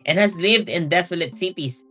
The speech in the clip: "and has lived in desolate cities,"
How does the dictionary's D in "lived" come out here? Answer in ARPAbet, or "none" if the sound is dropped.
D